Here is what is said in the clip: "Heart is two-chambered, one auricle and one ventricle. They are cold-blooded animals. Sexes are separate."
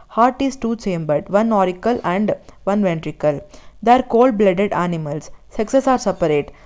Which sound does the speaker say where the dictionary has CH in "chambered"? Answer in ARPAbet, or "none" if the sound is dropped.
S